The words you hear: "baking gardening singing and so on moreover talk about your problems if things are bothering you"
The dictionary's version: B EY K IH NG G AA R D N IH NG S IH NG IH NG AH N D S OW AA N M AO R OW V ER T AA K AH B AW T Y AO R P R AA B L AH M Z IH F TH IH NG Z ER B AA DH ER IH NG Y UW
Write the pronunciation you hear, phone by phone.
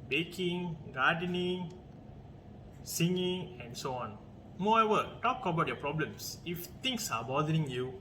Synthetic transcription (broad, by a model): B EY K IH NG G AA D N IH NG S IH NG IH NG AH N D S OW AA N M AO EH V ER T AA K AH B AW T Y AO P R AA B L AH M S IH F T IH NG S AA B AA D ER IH NG Y UW